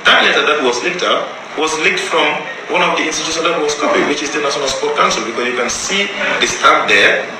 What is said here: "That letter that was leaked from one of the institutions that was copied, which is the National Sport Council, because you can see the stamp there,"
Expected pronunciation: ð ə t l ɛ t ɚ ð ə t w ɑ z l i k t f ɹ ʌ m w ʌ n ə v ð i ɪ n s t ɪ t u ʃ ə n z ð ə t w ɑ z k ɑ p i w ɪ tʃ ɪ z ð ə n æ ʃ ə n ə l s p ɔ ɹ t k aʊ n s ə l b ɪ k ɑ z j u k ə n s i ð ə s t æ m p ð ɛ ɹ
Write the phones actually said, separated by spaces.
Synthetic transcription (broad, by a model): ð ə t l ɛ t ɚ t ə t w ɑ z l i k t f ɹ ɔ m w ʌ n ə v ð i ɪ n s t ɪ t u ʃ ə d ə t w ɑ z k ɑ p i w ɪ tʃ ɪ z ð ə n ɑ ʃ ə n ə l s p ɔ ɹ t k aʊ n s ə l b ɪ k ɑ s j u k ə n s i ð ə s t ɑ p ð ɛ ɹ